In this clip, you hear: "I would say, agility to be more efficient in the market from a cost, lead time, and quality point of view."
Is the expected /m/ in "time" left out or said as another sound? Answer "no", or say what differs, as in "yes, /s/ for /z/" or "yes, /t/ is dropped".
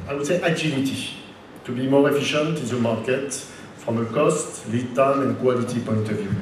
yes, /m/ is dropped